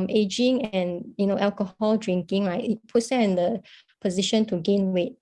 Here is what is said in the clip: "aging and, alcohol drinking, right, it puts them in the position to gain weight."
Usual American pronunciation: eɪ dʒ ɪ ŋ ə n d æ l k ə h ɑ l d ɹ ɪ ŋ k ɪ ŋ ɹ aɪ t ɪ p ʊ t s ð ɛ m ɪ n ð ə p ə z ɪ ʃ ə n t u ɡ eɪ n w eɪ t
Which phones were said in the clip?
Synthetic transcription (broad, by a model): eɪ dʒ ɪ ŋ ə n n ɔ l k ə h ɑ l d ɹ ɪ ŋ k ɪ ŋ l aɪ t ɪ p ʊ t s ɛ ɪ n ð ə p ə z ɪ ʃ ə n t u ɡ eɪ n w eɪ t